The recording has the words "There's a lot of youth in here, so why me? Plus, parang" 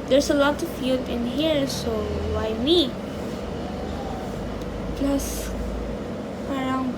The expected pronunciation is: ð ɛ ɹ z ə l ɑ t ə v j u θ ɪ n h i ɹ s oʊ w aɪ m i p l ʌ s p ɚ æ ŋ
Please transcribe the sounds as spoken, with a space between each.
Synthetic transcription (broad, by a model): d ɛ ɹ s ə l ɑ t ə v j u t ɪ n h i ɹ s oʊ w aɪ m i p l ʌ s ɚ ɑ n